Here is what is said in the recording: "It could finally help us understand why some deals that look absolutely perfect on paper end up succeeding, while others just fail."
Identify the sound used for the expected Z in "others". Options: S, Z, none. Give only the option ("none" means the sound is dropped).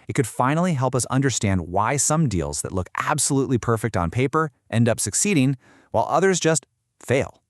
Z